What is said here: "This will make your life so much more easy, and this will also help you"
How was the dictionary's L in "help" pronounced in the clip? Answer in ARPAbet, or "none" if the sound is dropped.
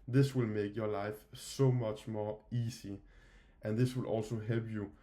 L